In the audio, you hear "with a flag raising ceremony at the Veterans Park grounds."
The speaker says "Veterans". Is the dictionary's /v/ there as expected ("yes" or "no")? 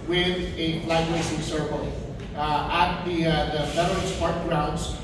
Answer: no